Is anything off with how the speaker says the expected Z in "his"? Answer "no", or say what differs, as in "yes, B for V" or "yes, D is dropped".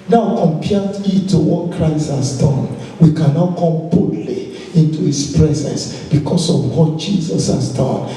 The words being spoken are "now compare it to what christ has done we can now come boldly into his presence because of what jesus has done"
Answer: yes, S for Z